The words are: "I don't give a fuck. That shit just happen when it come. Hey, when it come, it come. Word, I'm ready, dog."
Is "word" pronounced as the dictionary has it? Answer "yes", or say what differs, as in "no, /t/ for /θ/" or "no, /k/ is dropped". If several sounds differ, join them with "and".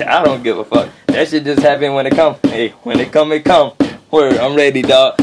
no, /d/ is dropped